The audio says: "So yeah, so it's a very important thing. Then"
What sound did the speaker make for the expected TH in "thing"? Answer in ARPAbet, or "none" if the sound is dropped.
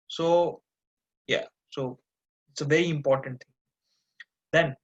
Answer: T